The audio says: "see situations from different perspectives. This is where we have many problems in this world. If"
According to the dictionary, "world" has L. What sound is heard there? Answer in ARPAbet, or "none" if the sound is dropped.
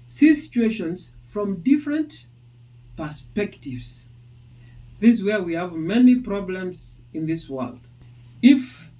L